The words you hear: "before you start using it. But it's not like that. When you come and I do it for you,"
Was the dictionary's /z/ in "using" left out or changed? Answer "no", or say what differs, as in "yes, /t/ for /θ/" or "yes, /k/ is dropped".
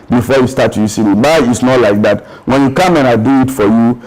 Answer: yes, /s/ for /z/